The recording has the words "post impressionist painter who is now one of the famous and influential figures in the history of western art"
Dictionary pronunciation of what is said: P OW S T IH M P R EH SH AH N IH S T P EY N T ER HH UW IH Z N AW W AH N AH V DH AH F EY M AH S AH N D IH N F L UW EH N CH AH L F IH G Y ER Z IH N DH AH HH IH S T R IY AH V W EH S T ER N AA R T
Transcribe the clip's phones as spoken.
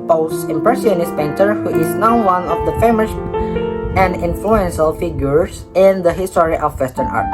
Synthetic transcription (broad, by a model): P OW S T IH M P R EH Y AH N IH S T P EY N T ER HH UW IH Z N AW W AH N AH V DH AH F EY M AH S AH N D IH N F L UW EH N SH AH L F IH G Y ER S IH N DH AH HH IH S T R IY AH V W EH S T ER N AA R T